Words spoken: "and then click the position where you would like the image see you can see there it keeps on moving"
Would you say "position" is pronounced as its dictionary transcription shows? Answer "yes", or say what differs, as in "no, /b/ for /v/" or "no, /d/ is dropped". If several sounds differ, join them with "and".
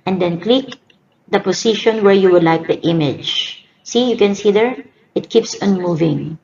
no, /s/ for /z/